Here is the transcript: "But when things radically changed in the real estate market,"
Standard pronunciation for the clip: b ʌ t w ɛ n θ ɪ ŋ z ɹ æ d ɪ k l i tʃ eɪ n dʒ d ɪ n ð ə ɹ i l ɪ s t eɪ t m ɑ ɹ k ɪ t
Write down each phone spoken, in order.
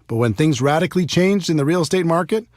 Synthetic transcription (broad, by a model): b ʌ t w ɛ n θ ɪ ŋ z ɹ æ d ɪ k l i tʃ eɪ n dʒ d ɪ n ð ə ɹ i l s t eɪ t m ɑ ɹ k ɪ t